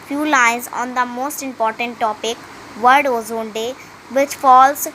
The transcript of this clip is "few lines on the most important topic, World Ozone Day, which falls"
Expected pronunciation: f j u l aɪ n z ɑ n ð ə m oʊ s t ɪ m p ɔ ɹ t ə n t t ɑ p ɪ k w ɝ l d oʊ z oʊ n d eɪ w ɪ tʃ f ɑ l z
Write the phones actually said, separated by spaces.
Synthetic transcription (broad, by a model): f j u l aɪ n z ɑ n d ə m oʊ s t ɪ m p ɔ ɹ t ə n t t ɑ p ɪ k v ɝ d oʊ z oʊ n d eɪ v ɪ tʃ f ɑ l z